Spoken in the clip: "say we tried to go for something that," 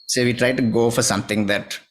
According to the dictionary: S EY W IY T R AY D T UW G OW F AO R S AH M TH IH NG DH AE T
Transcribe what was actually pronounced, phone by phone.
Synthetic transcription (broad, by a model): S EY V IY T R AY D T UW G OW F AO R S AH M T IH NG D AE T